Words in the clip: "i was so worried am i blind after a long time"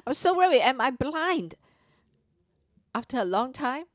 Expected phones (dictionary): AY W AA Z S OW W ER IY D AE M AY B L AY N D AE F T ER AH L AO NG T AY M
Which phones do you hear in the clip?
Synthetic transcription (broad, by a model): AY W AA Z S OW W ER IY AE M AY B L AY N D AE F T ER AH L AO NG T AY M